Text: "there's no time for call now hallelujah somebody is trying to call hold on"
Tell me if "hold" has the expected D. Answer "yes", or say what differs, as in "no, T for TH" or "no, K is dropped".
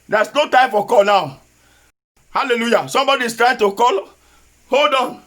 yes